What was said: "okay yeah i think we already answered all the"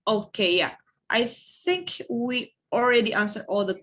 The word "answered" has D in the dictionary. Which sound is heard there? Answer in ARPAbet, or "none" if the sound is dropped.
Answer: none